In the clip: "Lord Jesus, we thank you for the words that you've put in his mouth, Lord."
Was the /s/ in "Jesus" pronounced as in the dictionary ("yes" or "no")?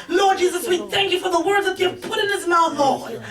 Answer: yes